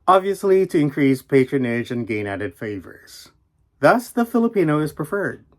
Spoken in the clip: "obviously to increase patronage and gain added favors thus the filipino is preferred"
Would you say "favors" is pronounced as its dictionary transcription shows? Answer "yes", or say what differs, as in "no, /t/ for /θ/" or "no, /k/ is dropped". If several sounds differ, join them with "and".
yes